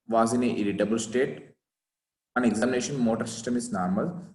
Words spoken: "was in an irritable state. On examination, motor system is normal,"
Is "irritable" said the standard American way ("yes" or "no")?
no